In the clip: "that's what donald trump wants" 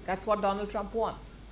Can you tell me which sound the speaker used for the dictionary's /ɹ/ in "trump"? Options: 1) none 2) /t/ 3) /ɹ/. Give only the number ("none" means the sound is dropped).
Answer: 3